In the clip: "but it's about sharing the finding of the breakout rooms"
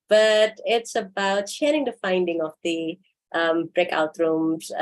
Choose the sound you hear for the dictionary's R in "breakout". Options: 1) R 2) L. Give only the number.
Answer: 1